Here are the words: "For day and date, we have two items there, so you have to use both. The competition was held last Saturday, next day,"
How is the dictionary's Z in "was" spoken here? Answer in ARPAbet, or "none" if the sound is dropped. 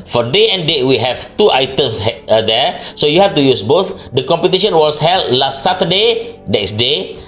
S